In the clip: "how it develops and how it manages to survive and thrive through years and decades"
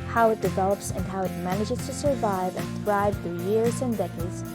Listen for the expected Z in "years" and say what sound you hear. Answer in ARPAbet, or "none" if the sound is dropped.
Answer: Z